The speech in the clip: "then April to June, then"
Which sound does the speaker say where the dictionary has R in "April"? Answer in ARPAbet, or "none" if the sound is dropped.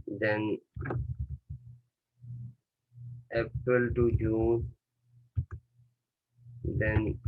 none